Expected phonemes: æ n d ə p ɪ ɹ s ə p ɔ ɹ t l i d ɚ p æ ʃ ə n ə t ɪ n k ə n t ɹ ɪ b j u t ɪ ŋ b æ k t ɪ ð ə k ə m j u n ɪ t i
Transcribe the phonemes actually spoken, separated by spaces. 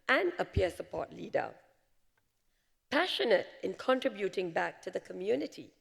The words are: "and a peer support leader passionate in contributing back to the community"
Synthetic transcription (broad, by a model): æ n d ə p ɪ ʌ s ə p ɔ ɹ t l i d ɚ p æ ʃ ə n ə t ɪ n k ə n t ɹ ɪ b j u t ɪ ŋ b æ k t ɪ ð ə k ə m j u n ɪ t i